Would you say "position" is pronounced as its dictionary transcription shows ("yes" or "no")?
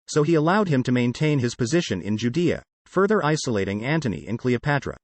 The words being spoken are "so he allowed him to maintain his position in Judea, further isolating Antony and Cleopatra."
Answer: yes